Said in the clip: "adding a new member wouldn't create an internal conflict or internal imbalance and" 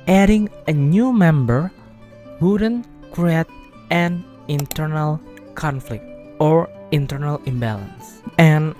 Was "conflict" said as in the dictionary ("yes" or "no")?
yes